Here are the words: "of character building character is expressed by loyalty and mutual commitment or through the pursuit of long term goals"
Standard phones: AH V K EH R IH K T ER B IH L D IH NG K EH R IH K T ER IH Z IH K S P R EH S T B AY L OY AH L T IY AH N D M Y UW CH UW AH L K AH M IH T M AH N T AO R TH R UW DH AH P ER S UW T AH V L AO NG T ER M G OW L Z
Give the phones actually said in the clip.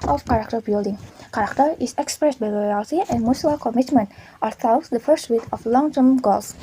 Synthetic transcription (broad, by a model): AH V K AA R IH K T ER B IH L D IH NG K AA R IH K T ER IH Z IH K S P R EH S T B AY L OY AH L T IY AH N D M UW S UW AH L K AH M IH T M AH N T AO R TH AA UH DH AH F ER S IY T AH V L AO NG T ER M G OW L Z